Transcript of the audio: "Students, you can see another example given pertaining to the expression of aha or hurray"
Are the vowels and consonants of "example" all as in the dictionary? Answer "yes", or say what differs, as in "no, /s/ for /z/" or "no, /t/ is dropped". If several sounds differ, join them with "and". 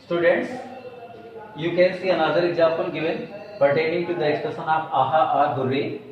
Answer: no, /m/ is dropped